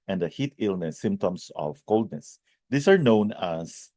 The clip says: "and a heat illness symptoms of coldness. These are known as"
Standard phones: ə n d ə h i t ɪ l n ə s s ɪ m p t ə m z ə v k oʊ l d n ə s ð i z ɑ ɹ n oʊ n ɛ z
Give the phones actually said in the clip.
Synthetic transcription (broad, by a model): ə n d ə h i t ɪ l n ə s s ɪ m p t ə m s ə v k oʊ l d n ə s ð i s ɑ ɹ n oʊ n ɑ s